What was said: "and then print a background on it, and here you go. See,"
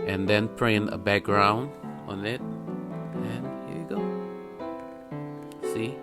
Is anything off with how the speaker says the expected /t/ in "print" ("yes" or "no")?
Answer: yes